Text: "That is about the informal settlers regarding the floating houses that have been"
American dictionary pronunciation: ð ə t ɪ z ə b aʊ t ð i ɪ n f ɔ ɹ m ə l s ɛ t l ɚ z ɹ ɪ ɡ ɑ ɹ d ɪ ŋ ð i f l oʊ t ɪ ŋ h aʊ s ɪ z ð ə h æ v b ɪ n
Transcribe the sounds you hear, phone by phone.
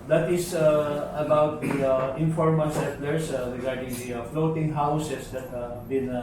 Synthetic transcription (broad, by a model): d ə t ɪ s ə b aʊ t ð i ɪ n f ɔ ɹ m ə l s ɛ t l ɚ s ɹ ɪ ɡ ɑ ɹ d ɪ ŋ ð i f l oʊ t ɪ ŋ h aʊ s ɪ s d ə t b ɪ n